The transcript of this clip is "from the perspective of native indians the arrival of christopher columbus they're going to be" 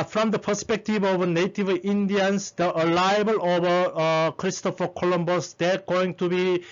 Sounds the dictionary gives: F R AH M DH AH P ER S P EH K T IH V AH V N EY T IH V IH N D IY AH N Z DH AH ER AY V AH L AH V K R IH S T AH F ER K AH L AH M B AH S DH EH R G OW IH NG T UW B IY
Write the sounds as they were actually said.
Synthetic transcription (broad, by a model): F R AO M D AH P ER S P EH K T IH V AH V N EY T IH V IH N D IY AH N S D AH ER AY B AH L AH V K R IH S T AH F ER K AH L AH M B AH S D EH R G OW IH NG T UW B IY